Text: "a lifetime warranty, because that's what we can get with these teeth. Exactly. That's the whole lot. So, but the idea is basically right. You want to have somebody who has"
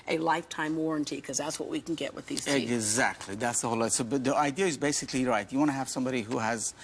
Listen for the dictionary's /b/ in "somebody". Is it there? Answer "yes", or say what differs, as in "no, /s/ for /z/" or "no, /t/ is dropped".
yes